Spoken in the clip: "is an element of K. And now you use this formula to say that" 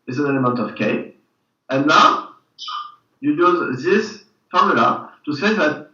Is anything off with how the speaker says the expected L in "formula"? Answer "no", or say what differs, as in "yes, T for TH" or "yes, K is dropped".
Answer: no